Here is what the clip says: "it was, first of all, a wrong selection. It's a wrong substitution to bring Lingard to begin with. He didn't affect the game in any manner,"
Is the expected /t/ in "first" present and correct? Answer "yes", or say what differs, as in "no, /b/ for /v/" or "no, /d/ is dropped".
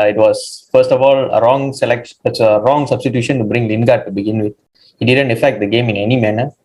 yes